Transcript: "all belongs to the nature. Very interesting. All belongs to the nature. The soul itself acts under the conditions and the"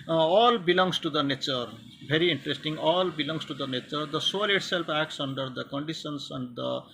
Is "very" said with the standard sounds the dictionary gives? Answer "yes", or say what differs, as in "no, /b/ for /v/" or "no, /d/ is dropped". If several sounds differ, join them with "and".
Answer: no, /b/ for /v/